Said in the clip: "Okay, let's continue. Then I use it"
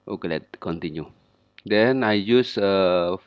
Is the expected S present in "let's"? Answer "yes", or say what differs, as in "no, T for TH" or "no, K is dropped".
no, S is dropped